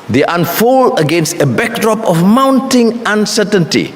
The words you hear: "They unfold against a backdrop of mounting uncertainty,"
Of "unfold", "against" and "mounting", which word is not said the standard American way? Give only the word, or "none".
unfold